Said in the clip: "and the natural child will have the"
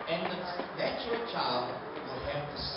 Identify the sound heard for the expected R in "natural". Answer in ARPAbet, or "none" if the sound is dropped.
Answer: none